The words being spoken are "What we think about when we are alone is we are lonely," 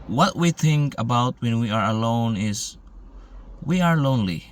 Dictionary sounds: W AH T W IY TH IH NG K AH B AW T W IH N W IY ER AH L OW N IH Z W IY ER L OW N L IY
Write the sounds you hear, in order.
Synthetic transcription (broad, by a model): W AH T W IY TH IH NG K AH B AW T W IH N W IY ER AH L OW N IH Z W IY ER L OW N L IY